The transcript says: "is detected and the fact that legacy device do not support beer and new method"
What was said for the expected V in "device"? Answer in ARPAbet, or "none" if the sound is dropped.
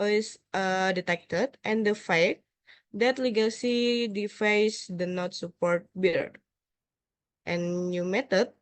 F